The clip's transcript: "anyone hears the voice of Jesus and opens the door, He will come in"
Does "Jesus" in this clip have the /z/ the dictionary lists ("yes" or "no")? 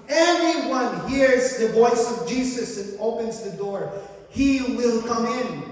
no